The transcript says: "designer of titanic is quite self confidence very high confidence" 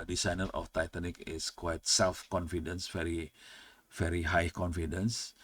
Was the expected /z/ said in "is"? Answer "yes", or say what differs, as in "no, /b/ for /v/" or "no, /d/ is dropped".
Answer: no, /s/ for /z/